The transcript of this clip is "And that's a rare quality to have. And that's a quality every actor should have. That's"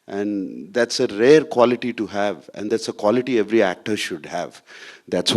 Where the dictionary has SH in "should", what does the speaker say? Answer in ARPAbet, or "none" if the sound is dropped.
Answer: SH